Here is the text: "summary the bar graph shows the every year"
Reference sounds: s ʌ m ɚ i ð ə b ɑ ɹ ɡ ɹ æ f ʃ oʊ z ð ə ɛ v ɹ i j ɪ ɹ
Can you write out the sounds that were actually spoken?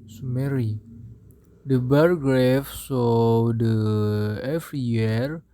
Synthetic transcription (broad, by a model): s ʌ m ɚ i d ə b ɑ ɹ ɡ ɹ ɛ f s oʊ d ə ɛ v ɹ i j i ɹ